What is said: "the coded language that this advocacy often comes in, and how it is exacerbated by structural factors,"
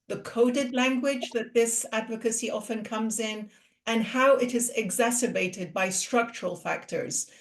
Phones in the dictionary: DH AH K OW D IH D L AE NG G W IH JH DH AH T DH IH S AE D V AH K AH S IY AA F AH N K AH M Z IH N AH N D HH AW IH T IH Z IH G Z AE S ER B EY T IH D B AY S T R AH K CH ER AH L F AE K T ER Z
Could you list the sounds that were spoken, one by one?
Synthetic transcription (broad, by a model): DH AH K OW D IH D L AE NG G W IH JH DH AH T DH IH S AE D V AH K AH S IY AA F AH N K AH M Z IH N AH N HH AW IH T IH Z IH G Z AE S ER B EY T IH D B AY S T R AH K CH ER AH L F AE K T ER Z